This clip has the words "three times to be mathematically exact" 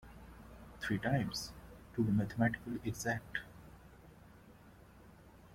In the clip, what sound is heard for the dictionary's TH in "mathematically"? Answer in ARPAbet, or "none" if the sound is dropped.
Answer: T